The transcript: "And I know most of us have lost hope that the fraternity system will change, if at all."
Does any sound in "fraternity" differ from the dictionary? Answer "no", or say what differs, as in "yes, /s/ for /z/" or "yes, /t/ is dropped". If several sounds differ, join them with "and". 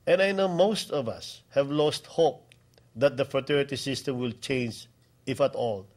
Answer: yes, /ɹ/ is dropped and /n/ is dropped